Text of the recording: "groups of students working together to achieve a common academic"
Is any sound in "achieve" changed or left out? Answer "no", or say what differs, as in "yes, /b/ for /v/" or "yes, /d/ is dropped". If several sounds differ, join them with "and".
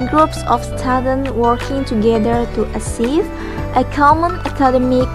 yes, /s/ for /tʃ/